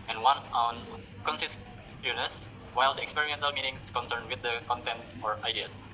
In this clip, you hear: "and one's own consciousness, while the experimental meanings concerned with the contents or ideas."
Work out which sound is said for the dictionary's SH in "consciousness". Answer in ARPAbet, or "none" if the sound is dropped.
S